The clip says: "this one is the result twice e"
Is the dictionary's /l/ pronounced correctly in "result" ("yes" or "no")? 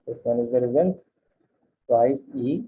no